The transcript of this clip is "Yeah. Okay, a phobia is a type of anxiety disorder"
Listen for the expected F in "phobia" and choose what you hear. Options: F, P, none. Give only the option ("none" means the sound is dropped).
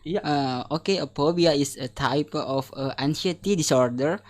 P